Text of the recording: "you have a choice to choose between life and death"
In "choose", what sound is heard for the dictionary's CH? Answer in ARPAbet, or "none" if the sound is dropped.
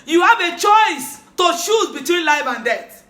SH